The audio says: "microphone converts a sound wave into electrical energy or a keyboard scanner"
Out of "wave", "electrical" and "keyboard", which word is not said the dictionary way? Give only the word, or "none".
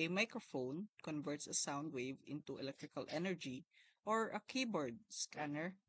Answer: none